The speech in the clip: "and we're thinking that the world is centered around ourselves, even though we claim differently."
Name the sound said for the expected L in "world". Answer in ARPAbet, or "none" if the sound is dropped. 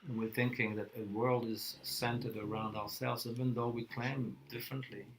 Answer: L